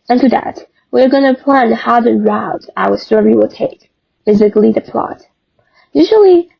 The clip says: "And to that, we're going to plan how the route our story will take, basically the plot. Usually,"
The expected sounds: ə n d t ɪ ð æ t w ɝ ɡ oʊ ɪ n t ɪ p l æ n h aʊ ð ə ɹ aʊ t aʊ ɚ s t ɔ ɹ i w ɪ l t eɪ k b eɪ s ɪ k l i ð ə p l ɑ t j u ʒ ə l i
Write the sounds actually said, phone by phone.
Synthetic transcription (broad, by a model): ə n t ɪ ð æ t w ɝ ɡ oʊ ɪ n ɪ p l æ n h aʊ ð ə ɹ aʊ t aʊ ɚ s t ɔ w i w ɪ l t eɪ k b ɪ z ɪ k l i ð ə p l ɑ t j u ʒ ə l i